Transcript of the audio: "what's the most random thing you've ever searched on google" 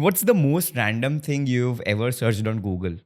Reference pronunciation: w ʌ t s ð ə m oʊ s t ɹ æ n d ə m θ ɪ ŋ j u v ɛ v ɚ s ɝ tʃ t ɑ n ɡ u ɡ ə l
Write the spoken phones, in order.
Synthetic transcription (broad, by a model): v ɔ t s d ə m oʊ s t ɹ æ n d ə m t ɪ ŋ j u v ɛ v ɚ s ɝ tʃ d ɑ n ɡ u ɡ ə l